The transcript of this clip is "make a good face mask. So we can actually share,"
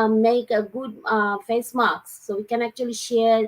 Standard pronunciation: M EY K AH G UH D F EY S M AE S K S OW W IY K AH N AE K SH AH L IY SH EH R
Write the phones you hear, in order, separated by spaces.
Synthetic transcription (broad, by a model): M EY K AH G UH D F EY S M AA K S OW W IY K AH N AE K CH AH L IY SH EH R